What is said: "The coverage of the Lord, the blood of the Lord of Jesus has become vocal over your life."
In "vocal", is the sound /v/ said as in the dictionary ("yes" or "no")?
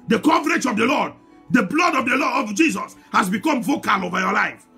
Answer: yes